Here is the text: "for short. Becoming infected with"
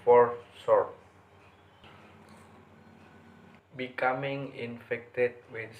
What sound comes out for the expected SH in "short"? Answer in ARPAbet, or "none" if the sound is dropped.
S